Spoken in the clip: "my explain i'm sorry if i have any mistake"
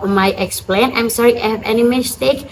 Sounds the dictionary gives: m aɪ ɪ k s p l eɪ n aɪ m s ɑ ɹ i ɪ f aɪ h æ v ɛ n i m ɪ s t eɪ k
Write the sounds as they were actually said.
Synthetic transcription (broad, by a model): m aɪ ɪ k s p l eɪ n aɪ m s ɑ ɹ i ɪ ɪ h æ v ɛ n i m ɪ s t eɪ k